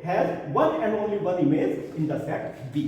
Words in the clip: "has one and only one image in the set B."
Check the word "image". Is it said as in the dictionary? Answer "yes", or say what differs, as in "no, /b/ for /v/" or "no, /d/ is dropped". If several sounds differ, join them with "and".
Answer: no, /z/ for /dʒ/